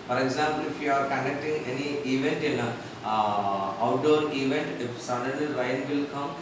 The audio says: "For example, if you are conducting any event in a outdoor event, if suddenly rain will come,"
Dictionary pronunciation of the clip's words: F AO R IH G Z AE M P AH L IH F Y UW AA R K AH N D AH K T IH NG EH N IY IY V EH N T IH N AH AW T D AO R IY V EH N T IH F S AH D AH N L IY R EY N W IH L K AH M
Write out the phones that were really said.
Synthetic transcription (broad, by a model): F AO R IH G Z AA M P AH L IH F Y UW AA R K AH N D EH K T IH NG EH N IY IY V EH N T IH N AH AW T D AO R IY V EH N T IH F S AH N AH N IY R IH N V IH L K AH M